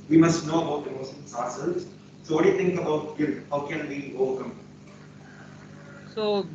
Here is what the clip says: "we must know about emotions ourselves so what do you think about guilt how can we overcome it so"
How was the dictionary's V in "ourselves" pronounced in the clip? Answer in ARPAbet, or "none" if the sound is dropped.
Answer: none